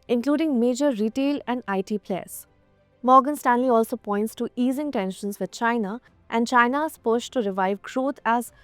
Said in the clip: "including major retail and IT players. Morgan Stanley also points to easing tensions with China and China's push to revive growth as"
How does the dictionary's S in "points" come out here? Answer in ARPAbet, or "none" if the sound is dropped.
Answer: S